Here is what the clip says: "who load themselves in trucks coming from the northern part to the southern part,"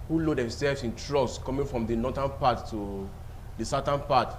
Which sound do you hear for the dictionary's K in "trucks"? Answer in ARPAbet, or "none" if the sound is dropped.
none